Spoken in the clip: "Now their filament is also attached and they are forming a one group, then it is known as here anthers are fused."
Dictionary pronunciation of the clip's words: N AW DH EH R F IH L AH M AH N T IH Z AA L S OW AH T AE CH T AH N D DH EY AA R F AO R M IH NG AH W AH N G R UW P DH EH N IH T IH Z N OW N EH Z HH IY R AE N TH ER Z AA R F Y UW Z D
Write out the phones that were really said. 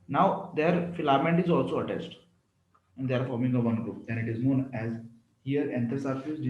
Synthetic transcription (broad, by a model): N AW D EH R F IH L AH M AH N T IH Z AA L S OW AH T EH S T AH N D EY AA R F AO R M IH NG AH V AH N G R UW P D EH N IH T IH Z N OW N EH Z HH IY R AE N T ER S AA R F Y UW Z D